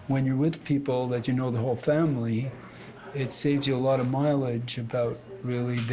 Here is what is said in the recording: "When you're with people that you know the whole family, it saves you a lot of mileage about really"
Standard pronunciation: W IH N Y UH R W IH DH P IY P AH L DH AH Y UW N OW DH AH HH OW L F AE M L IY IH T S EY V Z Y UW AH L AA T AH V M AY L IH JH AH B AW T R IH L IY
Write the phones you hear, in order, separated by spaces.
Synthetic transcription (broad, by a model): W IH N Y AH R W IH DH P IY P L DH AH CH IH N OW DH AH HH OW L F AE M L IY IH T S EY V Z Y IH AH L AA T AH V M AY L IH JH AH B AW T R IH L IY